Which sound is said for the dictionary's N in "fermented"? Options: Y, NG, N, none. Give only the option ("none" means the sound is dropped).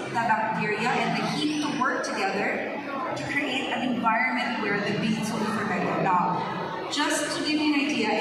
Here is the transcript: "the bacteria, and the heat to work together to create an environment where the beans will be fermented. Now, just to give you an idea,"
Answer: none